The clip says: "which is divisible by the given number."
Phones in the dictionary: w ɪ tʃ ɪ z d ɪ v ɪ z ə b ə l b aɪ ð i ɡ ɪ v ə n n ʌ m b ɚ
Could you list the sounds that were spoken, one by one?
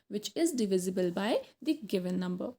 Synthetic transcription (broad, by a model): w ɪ tʃ ɪ z d ɪ v ɪ z ə b ə l b aɪ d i ɡ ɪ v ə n n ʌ m b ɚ